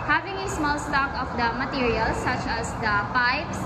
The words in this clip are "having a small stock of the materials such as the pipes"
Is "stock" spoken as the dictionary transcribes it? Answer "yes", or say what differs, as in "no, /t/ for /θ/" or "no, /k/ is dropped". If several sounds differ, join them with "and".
yes